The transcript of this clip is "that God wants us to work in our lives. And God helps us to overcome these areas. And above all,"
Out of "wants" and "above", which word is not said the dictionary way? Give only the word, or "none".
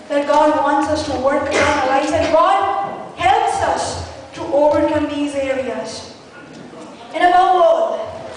above